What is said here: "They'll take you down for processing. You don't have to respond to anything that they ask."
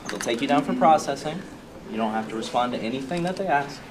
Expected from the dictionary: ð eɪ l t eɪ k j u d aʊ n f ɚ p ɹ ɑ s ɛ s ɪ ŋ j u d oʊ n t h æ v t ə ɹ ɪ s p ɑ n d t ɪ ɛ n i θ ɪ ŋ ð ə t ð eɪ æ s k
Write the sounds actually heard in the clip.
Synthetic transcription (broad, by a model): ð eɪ l t eɪ k j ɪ d aʊ n f ɚ p ɹ ɑ s ɛ s ɪ ŋ j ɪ d oʊ n t h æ f t ə ɹ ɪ s p ɑ n t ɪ ɛ n i θ ɪ ŋ ð ə t ð eɪ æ s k